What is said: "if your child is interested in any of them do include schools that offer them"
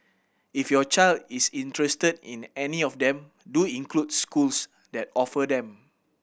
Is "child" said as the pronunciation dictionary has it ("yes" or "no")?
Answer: yes